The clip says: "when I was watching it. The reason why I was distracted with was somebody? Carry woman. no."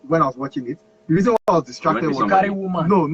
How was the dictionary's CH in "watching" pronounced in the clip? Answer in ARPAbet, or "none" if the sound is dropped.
CH